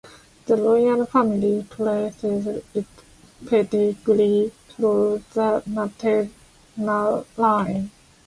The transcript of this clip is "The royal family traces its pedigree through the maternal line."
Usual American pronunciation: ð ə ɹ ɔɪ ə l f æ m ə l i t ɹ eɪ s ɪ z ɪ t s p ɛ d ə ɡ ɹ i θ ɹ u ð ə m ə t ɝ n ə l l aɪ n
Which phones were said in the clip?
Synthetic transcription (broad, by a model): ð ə l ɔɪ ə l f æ m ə l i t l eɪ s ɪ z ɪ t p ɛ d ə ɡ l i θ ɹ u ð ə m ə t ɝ n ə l l aɪ n